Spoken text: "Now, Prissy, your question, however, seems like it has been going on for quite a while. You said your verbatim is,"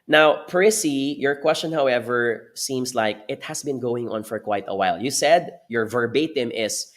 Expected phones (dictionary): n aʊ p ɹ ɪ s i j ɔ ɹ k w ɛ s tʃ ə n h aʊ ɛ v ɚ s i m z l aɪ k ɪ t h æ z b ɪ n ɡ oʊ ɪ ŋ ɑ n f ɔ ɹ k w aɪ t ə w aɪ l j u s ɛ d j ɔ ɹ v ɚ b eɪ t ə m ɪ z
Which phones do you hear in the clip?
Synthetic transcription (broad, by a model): n aʊ p ɹ ɪ s i j ɔ ɹ k w ɛ s tʃ ə n h aʊ ɛ v ɚ s i m s l aɪ k ɪ t h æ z b ɪ n ɡ oʊ ɪ ŋ ɑ n f ɔ ɹ k w aɪ t ə w aɪ l j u s ɛ d j ɔ ɹ v ɚ b eɪ t ə m ɪ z